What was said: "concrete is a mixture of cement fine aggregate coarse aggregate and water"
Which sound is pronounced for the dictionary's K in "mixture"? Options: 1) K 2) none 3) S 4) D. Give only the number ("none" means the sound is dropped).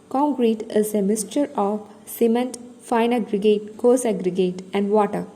2